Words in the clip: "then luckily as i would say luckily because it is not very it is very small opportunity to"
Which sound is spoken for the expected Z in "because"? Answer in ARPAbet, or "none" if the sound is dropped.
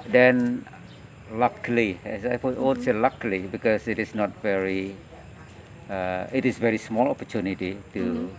S